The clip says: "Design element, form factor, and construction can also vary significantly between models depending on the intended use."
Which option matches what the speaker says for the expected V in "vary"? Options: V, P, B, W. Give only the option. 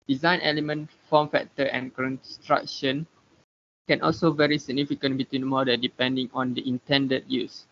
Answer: V